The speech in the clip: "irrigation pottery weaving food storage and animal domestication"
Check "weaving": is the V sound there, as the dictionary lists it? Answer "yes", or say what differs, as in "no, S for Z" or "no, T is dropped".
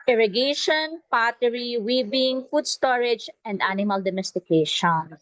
no, B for V